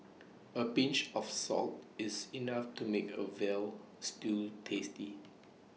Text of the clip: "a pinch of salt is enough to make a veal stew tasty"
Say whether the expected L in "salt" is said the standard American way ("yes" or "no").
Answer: yes